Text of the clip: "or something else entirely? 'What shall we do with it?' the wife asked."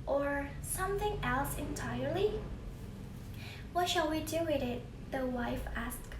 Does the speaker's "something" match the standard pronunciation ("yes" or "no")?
yes